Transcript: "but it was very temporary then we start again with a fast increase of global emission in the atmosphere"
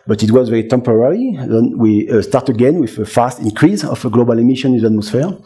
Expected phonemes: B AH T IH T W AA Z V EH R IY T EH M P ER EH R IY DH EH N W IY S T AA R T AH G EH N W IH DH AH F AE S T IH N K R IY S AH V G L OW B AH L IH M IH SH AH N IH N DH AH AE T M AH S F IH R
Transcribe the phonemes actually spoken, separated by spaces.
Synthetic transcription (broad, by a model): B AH T IH T W AA Z V EH R IY T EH M P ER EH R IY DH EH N W IY S T AA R T AH G EH N W IH DH AH F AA S T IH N K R IY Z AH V G L OW B AH L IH M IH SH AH N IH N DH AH T M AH S F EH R